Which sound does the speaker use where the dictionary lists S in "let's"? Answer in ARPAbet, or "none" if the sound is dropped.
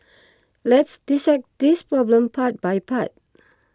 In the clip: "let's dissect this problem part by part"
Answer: S